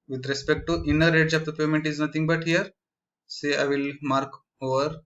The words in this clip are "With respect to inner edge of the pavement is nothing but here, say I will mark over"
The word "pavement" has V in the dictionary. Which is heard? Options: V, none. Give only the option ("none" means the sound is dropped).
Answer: none